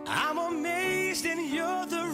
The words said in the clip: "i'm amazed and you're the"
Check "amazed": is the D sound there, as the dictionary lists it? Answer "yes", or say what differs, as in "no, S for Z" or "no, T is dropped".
yes